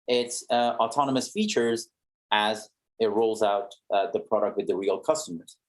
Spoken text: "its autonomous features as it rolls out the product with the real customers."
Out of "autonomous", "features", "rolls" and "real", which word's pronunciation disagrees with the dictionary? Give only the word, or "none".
none